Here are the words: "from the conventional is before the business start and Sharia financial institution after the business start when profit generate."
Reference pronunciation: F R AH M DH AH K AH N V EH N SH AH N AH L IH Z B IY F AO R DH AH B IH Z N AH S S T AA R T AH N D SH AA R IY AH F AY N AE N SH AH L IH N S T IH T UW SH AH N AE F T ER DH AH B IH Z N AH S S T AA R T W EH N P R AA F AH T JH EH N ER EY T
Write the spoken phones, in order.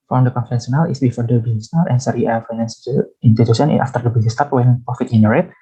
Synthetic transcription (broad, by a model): F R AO M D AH K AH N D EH N S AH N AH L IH S B IY F AO R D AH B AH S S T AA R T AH N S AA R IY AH F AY N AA N S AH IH N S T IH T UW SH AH N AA F T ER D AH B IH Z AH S S T AA R T W EH N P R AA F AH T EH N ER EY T